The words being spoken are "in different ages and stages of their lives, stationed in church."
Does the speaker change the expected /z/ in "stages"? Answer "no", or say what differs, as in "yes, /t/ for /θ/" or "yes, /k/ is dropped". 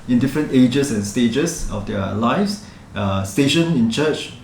yes, /s/ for /z/